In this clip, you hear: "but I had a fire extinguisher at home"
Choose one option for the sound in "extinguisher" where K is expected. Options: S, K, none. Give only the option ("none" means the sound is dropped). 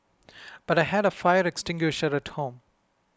K